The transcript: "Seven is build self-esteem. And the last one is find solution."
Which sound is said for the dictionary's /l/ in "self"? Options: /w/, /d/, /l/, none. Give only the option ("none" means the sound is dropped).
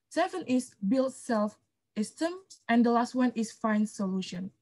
/l/